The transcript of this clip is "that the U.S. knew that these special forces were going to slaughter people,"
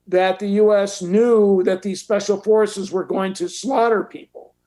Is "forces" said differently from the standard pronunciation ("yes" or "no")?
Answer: no